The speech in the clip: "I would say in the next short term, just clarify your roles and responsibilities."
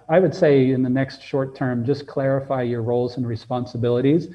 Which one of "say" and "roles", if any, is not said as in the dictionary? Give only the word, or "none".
none